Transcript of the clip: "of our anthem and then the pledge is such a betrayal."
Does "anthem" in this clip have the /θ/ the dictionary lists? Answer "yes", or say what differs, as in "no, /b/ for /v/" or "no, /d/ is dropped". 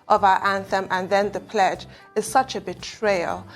yes